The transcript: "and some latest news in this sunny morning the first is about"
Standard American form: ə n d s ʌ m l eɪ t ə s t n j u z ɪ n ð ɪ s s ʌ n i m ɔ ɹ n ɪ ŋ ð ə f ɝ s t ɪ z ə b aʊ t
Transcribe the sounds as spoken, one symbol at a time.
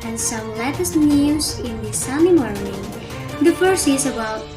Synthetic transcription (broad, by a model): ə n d s ʌ m l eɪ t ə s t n j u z ɪ n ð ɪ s s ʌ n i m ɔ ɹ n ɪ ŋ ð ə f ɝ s ɪ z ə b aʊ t